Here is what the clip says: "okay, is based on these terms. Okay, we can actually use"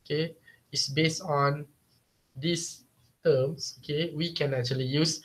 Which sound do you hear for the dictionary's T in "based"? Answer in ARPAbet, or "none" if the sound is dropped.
T